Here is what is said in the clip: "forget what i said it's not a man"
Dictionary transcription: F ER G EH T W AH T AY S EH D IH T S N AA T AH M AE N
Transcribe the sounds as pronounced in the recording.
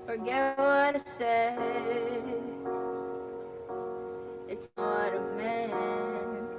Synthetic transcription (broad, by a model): F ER G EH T W AH T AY S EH IH T S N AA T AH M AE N